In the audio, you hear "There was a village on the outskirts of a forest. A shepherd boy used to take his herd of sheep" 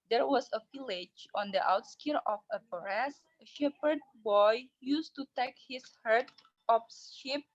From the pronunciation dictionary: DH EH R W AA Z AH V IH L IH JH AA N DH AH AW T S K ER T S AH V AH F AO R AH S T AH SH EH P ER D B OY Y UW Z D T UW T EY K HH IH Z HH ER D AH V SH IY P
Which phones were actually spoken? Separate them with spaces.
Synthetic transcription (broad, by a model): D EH R W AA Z AH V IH L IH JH AA N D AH AW T S K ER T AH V AH P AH R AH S AH SH EH P ER D B OY Y UW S T UW T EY K HH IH S HH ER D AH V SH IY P